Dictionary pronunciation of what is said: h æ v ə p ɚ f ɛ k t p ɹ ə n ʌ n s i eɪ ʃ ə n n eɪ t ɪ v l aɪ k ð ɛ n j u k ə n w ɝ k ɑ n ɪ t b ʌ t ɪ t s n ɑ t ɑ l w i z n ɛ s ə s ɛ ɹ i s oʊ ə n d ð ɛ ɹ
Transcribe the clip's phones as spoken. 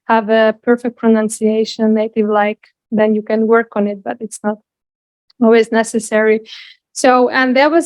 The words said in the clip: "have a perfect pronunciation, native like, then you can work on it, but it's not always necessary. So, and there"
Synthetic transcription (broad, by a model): h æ v ə p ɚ f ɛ k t p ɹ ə n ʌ n s i eɪ ʃ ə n n eɪ t ɪ v l aɪ k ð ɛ n j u k ə n w ɝ k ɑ n ɪ t b ʌ t ɪ t s n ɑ t ɑ l w i z n ɛ s ə s ɛ ɹ i s oʊ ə n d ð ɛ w